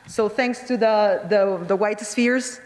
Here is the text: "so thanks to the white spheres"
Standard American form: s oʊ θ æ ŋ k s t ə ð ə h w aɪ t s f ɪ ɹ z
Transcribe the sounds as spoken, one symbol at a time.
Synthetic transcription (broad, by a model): s oʊ θ æ ŋ k s t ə ð ə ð w aɪ t s f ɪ ɹ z